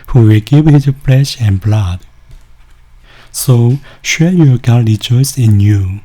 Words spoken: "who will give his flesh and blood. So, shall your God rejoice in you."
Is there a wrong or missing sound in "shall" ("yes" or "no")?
yes